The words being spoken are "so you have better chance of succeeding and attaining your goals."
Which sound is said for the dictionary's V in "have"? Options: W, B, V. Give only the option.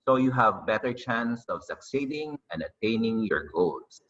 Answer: V